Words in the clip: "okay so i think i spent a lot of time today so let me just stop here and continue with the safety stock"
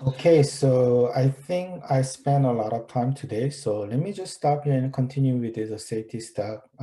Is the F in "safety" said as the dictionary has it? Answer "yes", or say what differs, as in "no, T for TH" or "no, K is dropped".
no, F is dropped